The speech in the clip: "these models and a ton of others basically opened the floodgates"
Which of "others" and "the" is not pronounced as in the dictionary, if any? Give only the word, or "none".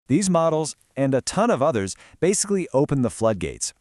none